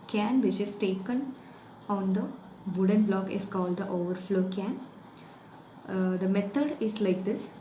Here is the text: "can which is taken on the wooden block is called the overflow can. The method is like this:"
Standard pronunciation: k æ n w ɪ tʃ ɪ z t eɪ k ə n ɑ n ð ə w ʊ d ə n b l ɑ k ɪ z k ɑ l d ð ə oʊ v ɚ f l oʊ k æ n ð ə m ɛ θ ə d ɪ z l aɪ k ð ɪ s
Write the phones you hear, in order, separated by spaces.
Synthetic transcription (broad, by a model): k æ n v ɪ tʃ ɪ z t eɪ k ə n ɑ n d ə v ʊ d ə n b l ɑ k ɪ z k ɑ l d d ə oʊ v ɚ f l oʊ k æ n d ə m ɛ t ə d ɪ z l aɪ k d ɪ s